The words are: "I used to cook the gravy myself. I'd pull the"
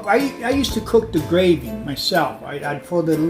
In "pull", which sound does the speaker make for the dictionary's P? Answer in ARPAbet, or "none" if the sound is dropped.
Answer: F